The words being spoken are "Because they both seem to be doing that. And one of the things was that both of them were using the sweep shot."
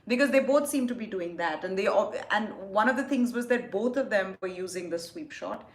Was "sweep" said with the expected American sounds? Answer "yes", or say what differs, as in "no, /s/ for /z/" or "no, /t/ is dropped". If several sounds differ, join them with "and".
yes